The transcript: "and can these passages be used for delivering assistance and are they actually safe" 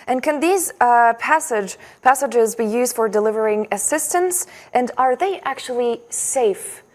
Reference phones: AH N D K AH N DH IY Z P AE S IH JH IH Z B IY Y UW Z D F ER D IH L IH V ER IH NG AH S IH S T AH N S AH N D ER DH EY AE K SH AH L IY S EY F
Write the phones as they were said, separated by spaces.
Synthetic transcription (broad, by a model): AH N K AH N DH IY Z P AE S IH JH IH Z B IY Y UW Z D F ER D IH L IH V ER IH NG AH S IH S T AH N S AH N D ER DH EY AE K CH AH L IY S EY F